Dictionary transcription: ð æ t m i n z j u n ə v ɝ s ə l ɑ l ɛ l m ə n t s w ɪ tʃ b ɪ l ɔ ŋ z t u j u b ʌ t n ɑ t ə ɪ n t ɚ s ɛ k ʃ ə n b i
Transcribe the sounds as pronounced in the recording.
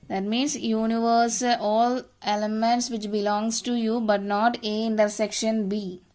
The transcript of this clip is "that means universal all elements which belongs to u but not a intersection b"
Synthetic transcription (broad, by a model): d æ t m i n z j u n ə v ɝ s ə l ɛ l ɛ m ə n t s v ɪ tʃ b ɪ l ɔ ŋ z t u j u b ʌ t n ɑ t ə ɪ n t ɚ s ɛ k ʃ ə n b i